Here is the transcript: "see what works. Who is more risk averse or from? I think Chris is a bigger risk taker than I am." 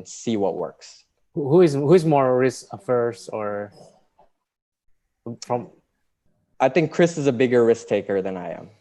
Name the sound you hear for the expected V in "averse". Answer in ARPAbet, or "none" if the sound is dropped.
F